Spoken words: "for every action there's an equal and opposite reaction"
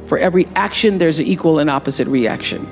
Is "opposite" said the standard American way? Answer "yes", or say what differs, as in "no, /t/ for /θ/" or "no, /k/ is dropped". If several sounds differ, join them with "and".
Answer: yes